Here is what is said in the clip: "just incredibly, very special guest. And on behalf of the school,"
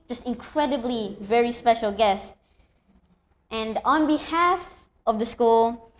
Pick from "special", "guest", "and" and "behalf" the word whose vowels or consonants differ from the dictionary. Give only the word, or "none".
none